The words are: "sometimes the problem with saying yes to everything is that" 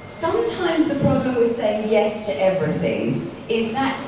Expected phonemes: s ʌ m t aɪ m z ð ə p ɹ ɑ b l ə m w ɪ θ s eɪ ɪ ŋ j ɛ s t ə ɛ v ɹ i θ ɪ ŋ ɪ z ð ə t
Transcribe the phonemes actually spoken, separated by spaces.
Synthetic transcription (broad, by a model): s ʌ m t aɪ m z ð ə p ɹ ɑ b l ə m w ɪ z s eɪ ɪ ŋ j ɛ s t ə ɛ v ɹ i θ ɪ ŋ ɪ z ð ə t